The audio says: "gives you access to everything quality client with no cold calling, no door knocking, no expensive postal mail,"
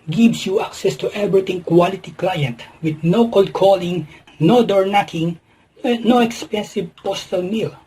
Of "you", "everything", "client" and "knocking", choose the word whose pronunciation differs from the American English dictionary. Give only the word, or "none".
everything